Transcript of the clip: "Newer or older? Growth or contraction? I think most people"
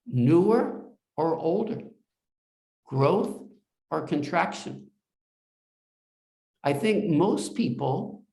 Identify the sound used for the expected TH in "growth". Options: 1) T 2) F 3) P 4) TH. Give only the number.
4